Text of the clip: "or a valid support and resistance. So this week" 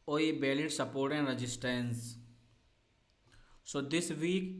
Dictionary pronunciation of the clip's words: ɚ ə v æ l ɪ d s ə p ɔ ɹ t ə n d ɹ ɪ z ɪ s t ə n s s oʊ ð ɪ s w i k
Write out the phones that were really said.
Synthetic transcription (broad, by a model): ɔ ə b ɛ l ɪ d s ə p ɔ ɹ t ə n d ɹ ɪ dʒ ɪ s t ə n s s oʊ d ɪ s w i k